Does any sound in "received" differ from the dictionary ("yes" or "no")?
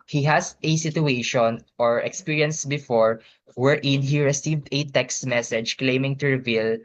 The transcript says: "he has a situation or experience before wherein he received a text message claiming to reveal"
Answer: no